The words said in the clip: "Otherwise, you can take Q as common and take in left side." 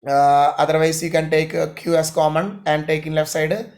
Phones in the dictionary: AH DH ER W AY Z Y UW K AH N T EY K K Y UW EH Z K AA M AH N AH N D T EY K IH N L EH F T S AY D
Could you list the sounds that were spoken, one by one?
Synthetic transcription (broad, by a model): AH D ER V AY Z Y UW K AH N T EY K K Y UW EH S K AA M AH N AH N D T EY K IH N L EH F T S AY D